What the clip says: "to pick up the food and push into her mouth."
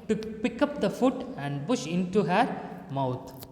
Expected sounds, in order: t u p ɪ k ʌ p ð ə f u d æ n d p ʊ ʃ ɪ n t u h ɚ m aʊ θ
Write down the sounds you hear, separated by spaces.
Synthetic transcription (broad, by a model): t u p ɪ k ʌ p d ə f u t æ n d p ʊ ʃ ɪ n t u h ɚ m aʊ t